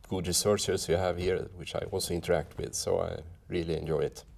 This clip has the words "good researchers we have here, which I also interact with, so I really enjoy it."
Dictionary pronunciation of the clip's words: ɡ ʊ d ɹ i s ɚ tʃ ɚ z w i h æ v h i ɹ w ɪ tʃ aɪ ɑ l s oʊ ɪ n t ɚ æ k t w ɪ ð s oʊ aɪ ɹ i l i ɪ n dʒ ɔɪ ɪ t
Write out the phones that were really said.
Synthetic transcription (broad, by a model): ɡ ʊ d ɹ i s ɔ s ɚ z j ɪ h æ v h i ɹ w ɪ tʃ aɪ ɑ l s oʊ ɪ n t ɚ æ k t w ɪ ð s oʊ aɪ ɹ i l i ɪ n dʒ ɔɪ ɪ t